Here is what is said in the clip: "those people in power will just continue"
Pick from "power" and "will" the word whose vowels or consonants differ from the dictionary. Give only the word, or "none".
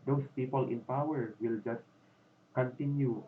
none